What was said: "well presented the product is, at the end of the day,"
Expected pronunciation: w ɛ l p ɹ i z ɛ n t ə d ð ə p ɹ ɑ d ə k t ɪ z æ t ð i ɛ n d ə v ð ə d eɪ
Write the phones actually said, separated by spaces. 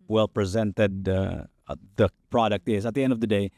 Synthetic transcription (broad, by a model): w ɛ l p ɹ i z ɛ n t ə d ð ə p ɹ ɑ d ə k t ɪ z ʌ t ð i ɛ n d ə v ð ə d eɪ